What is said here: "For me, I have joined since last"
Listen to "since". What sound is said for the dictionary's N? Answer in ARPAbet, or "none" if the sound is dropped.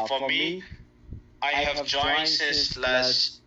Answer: none